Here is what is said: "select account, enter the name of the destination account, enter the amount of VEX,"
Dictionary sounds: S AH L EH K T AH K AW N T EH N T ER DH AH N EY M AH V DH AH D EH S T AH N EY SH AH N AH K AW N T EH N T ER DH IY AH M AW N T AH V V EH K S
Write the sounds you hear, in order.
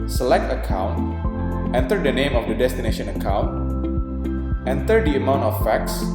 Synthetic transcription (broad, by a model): S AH L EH K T AH K AW N T EH N T ER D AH N EY M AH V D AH D EH S T AH N EY SH AH N AH K AW N T EH N T ER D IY AH M AW N T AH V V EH K S